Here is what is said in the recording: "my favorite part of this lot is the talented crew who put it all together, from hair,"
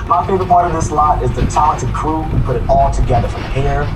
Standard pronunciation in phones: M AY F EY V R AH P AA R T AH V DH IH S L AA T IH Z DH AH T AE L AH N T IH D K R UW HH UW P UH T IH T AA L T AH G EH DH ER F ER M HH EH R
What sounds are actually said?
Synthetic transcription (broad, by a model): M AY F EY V AH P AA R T AH V DH IH S L AA T IH Z DH AH T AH T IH K R UW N P UH T IH T AA L T AH G EH DH ER F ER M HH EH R